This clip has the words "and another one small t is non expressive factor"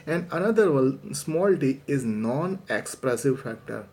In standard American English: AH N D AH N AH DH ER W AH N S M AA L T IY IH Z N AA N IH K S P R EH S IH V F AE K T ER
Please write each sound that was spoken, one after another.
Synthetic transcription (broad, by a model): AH N D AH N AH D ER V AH L S M AA L T IY IH Z N AA N IH K S P R EH S IH V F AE K T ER